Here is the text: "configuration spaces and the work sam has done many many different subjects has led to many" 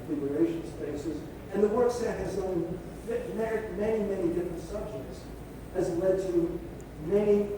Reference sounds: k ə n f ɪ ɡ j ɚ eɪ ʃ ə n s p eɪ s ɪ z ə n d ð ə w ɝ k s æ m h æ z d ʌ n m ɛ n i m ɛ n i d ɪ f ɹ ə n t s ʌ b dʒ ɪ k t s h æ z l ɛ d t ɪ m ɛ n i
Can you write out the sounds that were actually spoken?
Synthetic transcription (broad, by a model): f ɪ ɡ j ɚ eɪ ʃ n s p eɪ s ɪ z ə n ð ə w ɝ k s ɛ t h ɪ z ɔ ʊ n m ɛ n i m ɛ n i d ɪ f ɹ ə n t s ʌ b dʒ ɪ k t s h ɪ z l ɛ d t ɪ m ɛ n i